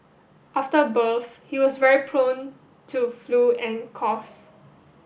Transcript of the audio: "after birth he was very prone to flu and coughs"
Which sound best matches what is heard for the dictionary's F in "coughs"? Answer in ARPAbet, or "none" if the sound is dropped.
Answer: none